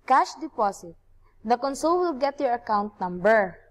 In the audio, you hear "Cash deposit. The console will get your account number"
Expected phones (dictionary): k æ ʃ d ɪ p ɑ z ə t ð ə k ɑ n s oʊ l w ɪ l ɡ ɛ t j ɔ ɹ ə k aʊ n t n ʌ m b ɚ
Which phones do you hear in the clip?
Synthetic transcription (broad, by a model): k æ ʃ d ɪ p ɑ s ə t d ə k ɑ n s oʊ l w ɪ l ɡ ɛ t j ɔ ɹ ə k aʊ n t n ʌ m b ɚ